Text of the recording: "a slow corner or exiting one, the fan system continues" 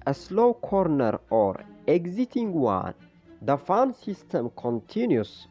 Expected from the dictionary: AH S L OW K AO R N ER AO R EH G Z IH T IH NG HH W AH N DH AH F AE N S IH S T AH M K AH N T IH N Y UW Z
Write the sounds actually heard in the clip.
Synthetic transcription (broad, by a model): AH S L OW K AO R N ER AO R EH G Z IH T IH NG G W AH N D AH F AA N S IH S T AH M K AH N T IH N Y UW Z